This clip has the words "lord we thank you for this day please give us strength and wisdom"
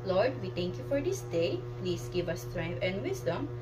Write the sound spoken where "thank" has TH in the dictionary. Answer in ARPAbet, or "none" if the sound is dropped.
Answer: T